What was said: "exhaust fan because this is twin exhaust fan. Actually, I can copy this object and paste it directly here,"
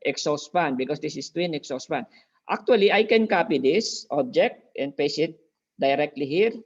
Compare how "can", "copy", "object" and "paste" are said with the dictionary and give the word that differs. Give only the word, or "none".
paste